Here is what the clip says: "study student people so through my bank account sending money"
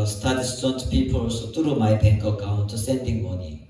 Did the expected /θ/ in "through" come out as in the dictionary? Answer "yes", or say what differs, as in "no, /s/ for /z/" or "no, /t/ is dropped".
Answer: no, /t/ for /θ/